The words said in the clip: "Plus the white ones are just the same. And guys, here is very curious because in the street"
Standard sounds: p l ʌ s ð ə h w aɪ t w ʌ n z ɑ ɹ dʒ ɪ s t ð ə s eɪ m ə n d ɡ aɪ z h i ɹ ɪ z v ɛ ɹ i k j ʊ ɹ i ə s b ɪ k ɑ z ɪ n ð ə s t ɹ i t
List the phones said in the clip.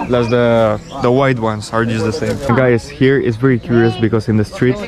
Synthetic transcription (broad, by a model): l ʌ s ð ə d w aɪ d w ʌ n s ɑ ɹ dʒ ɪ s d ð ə s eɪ ə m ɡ aɪ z h i ɹ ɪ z v ɛ ɹ i k j ʊ ɹ i ə s b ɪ k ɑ s ɪ n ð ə s t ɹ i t